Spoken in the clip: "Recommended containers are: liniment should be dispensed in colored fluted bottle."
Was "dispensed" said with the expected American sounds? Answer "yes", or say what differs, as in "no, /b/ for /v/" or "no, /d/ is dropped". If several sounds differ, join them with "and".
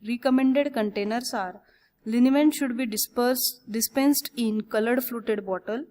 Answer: yes